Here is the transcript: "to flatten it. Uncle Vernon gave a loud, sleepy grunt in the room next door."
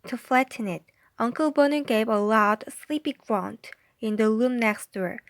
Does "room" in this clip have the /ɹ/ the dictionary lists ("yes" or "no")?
no